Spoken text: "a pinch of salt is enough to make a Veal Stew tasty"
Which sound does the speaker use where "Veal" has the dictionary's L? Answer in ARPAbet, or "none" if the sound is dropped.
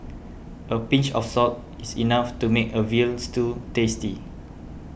L